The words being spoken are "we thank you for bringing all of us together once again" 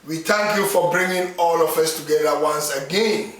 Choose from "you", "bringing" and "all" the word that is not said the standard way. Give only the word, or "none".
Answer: none